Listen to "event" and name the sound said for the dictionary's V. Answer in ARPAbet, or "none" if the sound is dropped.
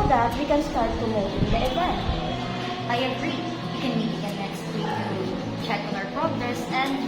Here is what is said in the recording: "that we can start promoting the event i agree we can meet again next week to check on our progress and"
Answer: W